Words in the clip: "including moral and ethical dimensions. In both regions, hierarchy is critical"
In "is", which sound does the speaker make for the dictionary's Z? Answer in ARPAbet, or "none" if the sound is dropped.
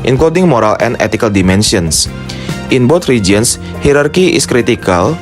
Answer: S